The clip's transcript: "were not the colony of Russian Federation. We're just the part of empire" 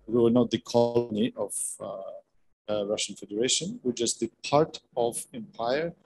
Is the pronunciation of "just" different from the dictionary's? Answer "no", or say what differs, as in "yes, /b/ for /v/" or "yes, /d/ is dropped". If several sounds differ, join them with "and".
yes, /tʃ/ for /dʒ/